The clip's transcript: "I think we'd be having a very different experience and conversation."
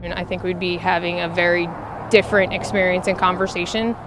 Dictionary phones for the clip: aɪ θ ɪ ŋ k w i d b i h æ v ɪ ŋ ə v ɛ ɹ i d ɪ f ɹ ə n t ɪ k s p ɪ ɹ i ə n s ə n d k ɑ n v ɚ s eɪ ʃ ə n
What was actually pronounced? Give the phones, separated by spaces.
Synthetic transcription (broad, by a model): aɪ θ ɪ ŋ k w i d b i h æ v ɪ ŋ ə v ɛ ɹ i d ɪ f ɹ ə n t ɪ k s p ɪ ɹ i ə n s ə n k ɑ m v ɚ s eɪ ʃ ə n